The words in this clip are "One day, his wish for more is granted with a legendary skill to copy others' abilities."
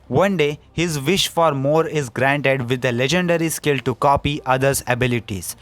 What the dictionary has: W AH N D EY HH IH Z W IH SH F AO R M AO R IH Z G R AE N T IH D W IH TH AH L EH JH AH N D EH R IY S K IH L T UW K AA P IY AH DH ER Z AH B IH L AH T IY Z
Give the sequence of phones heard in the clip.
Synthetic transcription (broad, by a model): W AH N D EY HH IH Z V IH SH F AO R M AO R IH Z G R AE N T IH D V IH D AH L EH JH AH N D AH R IY S K IH L T UW K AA P IY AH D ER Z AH B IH L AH T IY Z